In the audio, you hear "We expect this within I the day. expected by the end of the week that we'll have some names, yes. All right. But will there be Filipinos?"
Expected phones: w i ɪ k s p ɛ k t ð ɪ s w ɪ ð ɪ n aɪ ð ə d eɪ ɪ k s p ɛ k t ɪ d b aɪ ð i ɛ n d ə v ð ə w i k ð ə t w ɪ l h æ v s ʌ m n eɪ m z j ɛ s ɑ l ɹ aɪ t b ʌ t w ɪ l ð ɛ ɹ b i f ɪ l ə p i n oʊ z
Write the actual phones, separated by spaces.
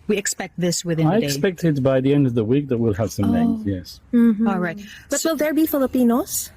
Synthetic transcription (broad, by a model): w i ɪ k s p ɛ k t ð ɪ s w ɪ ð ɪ aɪ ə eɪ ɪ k s p ɛ k t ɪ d b aɪ ð i ɛ n d ə v ð ə w i k ð ə t w ɪ l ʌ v s ʌ m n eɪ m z j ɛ s ɑ l ɹ aɪ t b ʌ t w ɪ l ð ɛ ɹ b i f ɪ l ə p i n oʊ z